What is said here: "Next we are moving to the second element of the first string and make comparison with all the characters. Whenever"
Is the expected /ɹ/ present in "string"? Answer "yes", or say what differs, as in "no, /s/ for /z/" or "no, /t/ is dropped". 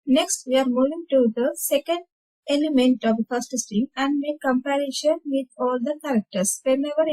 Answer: no, /ɹ/ is dropped